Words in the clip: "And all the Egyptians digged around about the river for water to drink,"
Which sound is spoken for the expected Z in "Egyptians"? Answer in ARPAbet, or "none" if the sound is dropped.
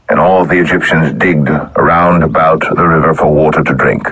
Z